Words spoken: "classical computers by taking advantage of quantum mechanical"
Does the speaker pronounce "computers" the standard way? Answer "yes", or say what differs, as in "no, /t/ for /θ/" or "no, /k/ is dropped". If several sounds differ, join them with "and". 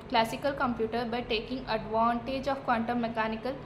no, /z/ is dropped